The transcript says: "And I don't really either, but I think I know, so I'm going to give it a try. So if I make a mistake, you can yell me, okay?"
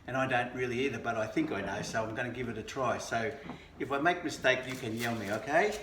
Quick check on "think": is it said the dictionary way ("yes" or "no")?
yes